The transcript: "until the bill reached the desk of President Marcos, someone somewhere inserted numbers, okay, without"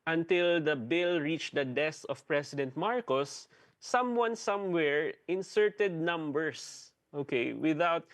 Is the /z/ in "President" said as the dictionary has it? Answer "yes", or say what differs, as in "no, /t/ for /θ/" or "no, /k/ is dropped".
no, /s/ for /z/